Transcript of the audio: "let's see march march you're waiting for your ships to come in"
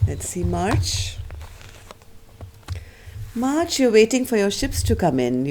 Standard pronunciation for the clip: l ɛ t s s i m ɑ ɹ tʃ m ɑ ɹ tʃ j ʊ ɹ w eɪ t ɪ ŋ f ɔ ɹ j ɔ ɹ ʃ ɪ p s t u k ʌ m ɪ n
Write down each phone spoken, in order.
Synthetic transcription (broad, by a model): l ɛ t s s i m ɑ ɹ tʃ m ɑ ɹ tʃ j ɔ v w eɪ t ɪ ŋ f ɔ ɹ j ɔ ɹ ʃ ɪ p s t u k ʌ m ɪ n